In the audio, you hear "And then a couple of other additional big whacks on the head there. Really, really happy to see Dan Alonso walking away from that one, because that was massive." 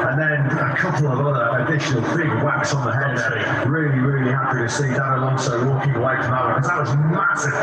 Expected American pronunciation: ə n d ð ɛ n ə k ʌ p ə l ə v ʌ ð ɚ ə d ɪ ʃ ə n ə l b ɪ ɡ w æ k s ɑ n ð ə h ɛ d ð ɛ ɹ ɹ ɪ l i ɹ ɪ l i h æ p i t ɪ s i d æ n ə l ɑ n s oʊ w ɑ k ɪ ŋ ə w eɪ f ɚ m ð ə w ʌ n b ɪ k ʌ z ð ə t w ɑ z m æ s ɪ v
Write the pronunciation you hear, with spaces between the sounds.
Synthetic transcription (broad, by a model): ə n ð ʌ n ə k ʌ p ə l ə v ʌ ð ɚ ə d ɪ ʃ ə n ə l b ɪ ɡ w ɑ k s n ð ə h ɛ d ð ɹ ɹ ɪ l i ɹ ɪ l i h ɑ p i t ɪ s i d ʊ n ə l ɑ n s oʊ w ɑ k ɪ ŋ ə w eɪ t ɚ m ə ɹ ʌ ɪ k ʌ z ð ə t w ɑ z m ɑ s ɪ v